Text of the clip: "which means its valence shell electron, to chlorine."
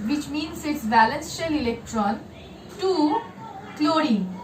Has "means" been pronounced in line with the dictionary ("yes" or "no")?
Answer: no